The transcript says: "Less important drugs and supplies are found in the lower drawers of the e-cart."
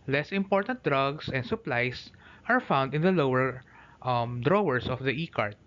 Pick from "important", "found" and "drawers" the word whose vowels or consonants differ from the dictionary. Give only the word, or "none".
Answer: drawers